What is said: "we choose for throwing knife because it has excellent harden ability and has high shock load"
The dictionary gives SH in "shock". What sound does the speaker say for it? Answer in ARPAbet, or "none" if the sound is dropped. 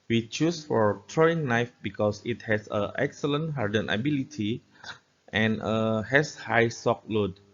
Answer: S